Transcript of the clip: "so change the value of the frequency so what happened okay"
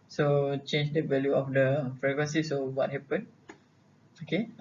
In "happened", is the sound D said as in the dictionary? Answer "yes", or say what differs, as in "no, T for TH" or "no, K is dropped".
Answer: no, D is dropped